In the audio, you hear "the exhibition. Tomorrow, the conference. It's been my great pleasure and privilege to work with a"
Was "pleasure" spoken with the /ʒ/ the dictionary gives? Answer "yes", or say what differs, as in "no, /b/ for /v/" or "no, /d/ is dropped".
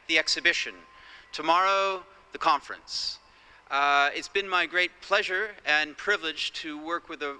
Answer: yes